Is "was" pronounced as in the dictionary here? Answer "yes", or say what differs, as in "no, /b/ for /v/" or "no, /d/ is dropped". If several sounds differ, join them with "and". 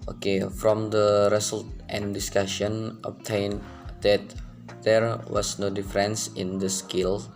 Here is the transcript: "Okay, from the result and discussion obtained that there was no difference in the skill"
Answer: no, /s/ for /z/